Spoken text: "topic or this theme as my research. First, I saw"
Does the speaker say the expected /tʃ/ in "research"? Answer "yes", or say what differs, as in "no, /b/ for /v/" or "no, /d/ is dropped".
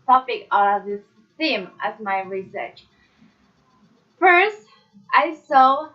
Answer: yes